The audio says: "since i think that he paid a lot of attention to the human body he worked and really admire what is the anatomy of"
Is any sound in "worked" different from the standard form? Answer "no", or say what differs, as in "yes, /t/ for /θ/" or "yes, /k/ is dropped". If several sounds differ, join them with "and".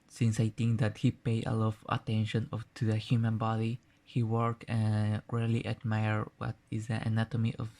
yes, /t/ is dropped